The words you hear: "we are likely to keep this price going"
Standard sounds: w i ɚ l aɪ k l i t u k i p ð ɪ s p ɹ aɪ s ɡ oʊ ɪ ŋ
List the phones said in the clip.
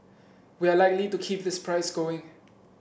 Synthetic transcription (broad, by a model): w i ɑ l aɪ k l i t u k i p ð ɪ s p ɹ aɪ s ɡ oʊ ɪ ŋ